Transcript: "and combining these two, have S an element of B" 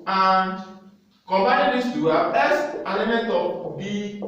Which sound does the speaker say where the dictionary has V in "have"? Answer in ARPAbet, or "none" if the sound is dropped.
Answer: B